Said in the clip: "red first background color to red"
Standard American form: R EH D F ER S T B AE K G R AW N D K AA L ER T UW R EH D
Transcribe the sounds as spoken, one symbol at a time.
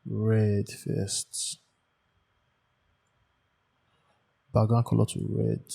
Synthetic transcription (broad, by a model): R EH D F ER S T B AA G AW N K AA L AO T UW R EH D